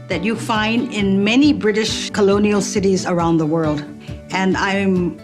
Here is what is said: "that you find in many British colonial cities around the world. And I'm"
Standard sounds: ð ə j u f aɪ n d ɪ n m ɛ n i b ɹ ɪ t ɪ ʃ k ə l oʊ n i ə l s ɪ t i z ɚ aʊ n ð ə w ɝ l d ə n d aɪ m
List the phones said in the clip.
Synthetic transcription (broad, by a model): ð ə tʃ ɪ f aɪ n d ɪ n m ɛ n i b ɹ ɪ t ɪ ʃ k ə l oʊ n i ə l s ɪ t i z ɚ aʊ n ð ə w ɝ l d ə n aɪ m